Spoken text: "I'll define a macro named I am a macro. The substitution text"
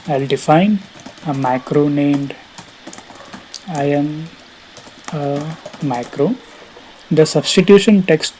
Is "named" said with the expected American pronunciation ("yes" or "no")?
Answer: yes